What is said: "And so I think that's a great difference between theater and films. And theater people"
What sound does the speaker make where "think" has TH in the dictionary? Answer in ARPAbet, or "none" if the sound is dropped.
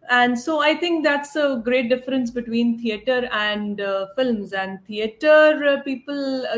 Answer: T